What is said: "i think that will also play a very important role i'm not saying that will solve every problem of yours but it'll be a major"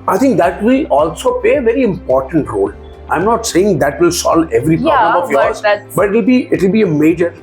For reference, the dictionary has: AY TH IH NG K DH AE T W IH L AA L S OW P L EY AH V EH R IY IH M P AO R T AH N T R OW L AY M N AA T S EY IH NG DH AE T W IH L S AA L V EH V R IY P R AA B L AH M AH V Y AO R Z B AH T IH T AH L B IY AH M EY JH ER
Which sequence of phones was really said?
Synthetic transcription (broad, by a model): AY T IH NG K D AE T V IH L AA L S OW P L EY AH V EH R IY IH M P AO R T AH N T R OW L AY M N AA T S EY IH NG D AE T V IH L S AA L EH V R IY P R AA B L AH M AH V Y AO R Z B AH T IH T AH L B IY AH M EY JH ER